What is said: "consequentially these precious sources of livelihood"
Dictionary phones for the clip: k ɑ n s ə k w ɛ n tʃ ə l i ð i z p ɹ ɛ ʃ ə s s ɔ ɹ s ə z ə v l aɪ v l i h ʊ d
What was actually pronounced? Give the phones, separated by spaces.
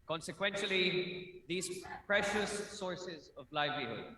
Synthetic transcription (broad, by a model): k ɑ n s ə k w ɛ n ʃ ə l i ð i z p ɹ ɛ ʃ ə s s ɔ ɹ s ə z ə v l aɪ v l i h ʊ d